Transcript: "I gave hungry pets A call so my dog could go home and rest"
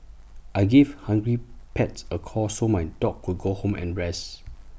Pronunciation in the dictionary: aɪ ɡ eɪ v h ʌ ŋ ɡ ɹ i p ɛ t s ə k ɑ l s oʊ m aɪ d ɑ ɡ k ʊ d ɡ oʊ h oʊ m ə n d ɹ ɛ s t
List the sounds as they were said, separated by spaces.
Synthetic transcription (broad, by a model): aɪ ɡ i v h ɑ ŋ ɡ ɹ i p ɛ t s ə k ɑ s oʊ m aɪ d ɑ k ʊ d ɡ oʊ h oʊ m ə n ɹ ɛ s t